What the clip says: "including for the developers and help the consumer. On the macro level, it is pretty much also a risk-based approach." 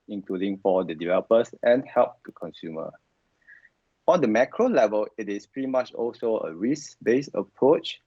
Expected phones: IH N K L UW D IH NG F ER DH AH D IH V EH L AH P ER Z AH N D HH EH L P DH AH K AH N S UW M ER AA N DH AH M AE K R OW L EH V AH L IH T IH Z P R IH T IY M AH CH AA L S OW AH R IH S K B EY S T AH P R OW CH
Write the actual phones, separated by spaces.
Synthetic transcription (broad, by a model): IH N K L UW D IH NG F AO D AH D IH V EH L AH P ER S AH N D HH EH L P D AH K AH N S UW M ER AA N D AH M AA K R OW L EH V AH L IH T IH S P R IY M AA CH AA L S OW AH R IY S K B EY S AH P R OW CH